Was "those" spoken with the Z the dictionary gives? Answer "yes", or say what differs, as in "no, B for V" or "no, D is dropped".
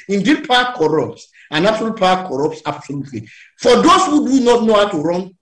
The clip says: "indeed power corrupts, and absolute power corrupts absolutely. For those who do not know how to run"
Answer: no, S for Z